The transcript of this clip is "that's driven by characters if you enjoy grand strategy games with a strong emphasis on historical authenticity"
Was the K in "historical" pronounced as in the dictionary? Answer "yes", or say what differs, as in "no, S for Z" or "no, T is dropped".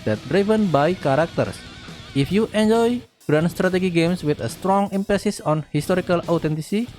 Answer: yes